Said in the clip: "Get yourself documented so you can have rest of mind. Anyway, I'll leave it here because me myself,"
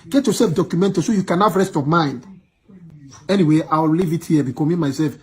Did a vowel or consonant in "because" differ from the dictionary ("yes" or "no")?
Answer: yes